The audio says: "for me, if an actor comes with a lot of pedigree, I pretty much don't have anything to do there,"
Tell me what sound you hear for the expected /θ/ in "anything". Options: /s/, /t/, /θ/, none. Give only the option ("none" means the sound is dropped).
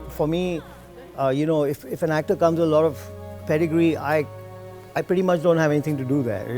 /t/